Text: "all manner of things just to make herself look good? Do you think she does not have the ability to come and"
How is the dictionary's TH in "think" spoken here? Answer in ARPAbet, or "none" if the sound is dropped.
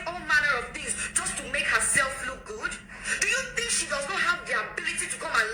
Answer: TH